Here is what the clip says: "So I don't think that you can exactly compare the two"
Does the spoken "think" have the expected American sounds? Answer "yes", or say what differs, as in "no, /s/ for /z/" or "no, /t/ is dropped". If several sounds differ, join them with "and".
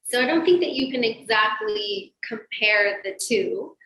yes